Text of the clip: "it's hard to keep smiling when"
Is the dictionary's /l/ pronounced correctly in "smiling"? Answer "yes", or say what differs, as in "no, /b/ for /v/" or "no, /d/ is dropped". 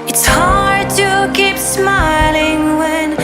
yes